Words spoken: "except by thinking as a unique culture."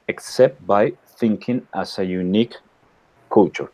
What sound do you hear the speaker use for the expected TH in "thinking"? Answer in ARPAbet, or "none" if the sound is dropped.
TH